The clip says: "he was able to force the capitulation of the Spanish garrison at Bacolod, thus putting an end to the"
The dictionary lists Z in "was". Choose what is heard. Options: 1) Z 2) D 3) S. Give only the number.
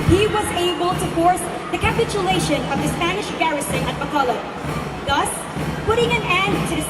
1